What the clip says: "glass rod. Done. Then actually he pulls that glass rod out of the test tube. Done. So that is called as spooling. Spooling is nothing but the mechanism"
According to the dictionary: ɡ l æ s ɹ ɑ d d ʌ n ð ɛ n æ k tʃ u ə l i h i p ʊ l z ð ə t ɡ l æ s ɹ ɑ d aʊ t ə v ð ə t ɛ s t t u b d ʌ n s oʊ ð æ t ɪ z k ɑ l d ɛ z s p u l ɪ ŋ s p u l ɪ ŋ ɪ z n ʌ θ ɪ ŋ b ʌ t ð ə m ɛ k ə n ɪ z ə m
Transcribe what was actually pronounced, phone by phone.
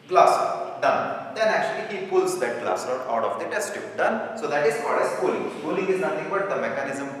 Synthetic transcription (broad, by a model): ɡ l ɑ s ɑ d d ʌ n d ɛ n æ k tʃ u ə l i h i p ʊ l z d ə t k l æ s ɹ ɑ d aʊ t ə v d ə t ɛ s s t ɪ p d ʌ n s oʊ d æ t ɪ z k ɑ d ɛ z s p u l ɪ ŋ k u l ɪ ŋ ɪ z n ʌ t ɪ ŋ b ʌ t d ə m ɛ k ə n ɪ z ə m